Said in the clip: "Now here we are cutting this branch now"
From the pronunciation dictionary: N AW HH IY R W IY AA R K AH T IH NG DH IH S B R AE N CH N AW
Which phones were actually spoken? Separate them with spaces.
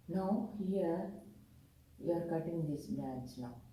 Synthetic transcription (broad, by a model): N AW HH IY R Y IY AA R K AH T IH NG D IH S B AE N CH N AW